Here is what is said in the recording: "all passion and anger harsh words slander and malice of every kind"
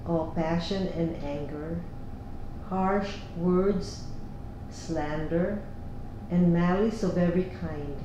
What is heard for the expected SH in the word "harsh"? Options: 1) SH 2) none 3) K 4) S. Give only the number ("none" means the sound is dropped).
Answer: 1